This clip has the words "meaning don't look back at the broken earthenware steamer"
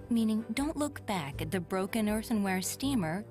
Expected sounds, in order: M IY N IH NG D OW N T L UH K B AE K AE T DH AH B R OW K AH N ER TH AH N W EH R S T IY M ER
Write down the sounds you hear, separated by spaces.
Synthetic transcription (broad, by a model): M IY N IH NG D OW N T L UH K B AE K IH T DH AH B R OW K AH N ER TH AH N W EH R S T IY M ER